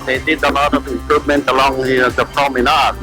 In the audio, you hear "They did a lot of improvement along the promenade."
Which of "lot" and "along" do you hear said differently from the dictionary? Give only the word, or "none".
lot